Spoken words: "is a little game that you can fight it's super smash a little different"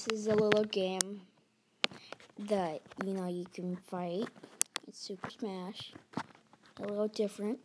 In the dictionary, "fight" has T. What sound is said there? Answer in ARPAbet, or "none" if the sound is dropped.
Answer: T